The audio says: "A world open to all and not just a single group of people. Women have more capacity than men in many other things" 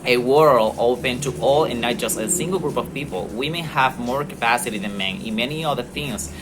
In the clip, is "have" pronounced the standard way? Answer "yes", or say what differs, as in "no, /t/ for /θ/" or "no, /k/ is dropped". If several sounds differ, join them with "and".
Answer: yes